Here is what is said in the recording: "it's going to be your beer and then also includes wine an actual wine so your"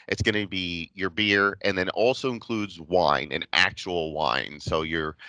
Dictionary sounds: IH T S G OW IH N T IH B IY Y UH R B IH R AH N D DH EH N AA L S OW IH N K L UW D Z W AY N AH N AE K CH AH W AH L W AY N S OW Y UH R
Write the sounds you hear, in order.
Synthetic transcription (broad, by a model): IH T S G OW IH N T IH B IY Y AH R B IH R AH N DH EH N AA L S OW IH N K L UW D Z W AY N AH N AE K CH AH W L W AY N S OW Y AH R